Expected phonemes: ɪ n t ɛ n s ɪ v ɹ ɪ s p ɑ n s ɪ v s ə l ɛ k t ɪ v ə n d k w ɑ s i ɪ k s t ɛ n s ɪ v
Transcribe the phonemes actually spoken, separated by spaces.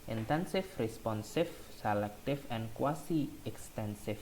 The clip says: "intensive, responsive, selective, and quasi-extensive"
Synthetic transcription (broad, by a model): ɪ n t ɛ n s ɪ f ɹ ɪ s p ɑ n s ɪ f s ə l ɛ k t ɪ f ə n k w ɑ s i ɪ k s t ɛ n s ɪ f